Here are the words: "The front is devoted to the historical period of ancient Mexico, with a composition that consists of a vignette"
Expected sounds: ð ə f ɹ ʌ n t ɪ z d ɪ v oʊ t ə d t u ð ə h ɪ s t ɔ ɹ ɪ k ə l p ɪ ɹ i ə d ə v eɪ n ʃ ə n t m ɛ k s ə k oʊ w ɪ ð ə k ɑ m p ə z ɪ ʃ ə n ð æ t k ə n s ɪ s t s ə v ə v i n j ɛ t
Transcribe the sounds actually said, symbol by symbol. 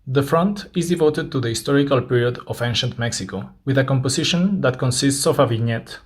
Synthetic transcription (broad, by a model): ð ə f ɹ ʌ n t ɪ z d ɪ v oʊ t ə d t u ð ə h ɪ s t ɔ ɹ ɪ k ə l p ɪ ɹ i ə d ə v eɪ n ʃ ə n t m ɛ k s ə k oʊ w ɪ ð ə k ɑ m p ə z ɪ ʃ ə n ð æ t k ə n s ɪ s t s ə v ə v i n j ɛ t